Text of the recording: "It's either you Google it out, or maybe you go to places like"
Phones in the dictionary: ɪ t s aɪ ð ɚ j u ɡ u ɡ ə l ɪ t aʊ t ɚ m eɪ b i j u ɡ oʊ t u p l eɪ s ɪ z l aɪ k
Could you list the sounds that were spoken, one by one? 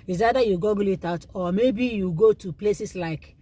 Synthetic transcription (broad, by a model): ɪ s aɪ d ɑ j u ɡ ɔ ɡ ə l ɪ t aʊ t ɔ m eɪ b i j u ɡ oʊ t u p l eɪ s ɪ s l aɪ k